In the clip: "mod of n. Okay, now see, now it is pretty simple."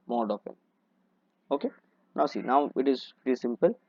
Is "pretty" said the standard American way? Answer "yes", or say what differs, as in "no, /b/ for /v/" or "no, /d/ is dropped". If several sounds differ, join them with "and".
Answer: no, /ɹ/ is dropped